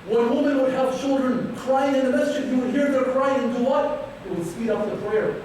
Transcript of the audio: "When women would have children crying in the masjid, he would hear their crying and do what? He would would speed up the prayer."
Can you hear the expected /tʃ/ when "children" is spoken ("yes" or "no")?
yes